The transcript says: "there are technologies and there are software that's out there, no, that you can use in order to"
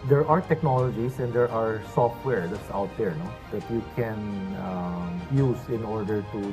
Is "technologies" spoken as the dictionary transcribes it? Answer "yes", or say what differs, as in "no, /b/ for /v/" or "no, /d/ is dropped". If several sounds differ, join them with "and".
no, /s/ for /z/